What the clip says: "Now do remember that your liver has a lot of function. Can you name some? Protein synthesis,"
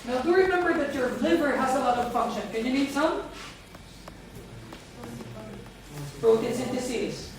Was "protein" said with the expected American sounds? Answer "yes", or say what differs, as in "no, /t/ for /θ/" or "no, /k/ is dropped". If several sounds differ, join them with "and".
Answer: no, /b/ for /p/